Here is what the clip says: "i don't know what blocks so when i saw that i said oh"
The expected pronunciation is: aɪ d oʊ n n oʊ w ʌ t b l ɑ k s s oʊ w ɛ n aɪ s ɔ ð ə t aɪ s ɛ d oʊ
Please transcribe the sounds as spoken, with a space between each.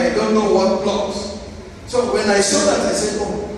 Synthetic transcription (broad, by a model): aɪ d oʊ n n oʊ w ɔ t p l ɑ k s s oʊ w ɛ n aɪ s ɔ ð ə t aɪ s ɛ oʊ